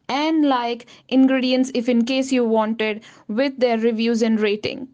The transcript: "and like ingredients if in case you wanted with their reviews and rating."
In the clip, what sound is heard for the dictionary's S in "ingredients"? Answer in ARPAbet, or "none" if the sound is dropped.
S